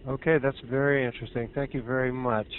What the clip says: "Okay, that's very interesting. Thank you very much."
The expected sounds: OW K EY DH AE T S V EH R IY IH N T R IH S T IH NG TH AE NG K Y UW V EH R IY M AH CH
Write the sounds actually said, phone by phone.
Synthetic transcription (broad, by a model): OW K EY DH AE T S V EH R IY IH N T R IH S T IH NG TH AE NG K Y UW V EH R IY M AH CH